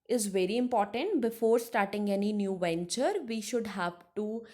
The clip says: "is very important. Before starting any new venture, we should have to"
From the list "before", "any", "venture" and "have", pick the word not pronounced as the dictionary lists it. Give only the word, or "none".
none